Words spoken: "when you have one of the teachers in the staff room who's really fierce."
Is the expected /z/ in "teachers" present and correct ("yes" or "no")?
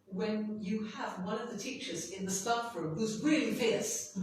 yes